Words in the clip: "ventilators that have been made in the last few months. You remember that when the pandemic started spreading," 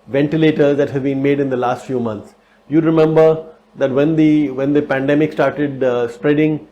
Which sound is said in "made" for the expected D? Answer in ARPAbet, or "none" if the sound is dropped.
D